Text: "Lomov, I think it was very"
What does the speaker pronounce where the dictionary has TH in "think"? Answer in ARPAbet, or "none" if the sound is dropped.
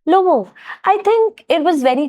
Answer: T